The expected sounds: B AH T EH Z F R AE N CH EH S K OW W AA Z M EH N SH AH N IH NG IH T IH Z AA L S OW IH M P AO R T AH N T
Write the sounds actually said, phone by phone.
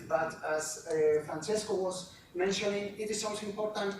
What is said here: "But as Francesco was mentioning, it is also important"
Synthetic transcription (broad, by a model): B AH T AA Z F R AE N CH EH S K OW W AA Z M EH N SH AH N IH NG IH T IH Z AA N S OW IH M P AO R T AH N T